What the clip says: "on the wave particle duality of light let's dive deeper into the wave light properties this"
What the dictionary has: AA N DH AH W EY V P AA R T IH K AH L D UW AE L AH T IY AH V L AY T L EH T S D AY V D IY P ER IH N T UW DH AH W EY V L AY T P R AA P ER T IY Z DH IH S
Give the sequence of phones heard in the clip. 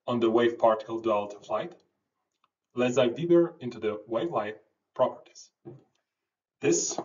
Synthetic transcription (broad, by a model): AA N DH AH W EY V P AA R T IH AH L D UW L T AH F L AY T L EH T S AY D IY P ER IH N T UW DH AH W EY V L AY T P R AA P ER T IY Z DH IH S